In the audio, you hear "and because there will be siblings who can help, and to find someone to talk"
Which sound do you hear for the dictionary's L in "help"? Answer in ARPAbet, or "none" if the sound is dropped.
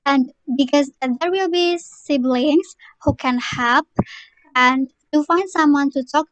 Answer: none